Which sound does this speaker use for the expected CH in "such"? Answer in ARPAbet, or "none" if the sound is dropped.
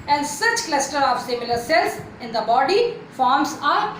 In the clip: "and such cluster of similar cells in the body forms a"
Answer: CH